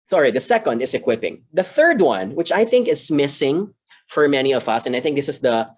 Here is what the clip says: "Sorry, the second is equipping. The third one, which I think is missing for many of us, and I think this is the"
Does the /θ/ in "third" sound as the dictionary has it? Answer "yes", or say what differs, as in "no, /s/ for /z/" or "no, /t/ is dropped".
yes